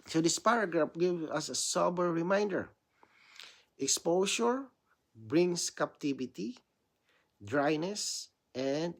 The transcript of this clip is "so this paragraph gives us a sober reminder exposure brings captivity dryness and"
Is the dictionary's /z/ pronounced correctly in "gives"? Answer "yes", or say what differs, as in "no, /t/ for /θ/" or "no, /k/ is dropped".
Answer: no, /z/ is dropped